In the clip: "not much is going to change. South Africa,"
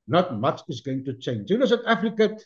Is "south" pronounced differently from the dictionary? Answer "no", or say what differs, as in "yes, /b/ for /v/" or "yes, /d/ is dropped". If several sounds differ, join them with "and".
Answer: yes, /t/ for /θ/